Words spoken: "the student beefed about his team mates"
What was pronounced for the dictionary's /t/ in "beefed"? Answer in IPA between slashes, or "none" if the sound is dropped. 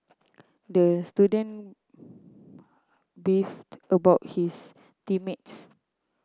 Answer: /t/